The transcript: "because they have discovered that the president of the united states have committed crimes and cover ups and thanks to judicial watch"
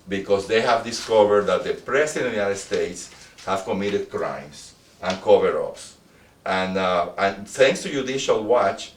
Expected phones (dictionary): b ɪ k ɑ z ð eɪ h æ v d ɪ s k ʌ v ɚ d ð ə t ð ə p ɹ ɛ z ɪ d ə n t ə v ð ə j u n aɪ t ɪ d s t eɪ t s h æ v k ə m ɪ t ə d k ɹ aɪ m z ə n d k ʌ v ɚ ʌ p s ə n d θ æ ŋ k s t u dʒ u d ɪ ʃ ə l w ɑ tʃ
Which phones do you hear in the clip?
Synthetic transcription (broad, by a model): b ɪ k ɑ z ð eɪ h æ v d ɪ s k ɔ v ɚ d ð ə t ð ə p ɹ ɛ s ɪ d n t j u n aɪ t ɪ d s t eɪ t s h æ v k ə m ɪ t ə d k ɹ aɪ m s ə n k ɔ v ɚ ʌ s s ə n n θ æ ŋ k s t u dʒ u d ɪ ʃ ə l w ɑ tʃ